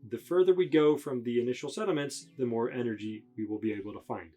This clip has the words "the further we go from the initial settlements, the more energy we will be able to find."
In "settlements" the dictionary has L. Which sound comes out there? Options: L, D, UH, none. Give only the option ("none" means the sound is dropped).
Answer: none